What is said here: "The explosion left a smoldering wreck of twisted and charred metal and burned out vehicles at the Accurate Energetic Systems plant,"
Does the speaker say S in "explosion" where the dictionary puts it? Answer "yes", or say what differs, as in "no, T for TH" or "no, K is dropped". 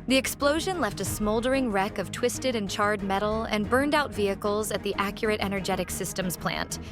yes